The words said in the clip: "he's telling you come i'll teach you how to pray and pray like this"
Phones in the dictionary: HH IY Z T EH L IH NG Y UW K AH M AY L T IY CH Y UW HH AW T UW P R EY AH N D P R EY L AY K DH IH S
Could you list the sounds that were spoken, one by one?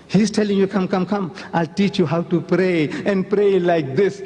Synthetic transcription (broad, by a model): HH IY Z T EH L IH NG Y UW K AH M AY L T IY CH Y UW HH AW T UW P R EY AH N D P R EY L AY K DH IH S